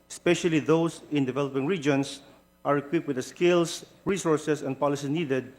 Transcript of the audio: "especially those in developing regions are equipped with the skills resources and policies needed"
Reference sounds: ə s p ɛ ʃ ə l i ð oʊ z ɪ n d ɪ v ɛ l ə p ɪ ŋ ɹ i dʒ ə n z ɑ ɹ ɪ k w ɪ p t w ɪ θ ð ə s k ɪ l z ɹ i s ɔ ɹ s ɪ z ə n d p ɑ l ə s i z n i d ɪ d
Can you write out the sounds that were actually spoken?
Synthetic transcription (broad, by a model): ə s p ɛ ʃ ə l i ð oʊ s ɪ n d ɪ v ɛ l ə p ɪ ŋ ɹ i dʒ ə n s ɑ ɹ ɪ k w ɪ p w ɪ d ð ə s k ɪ l s ɹ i s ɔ ɹ s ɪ s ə n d p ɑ l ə s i n i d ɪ d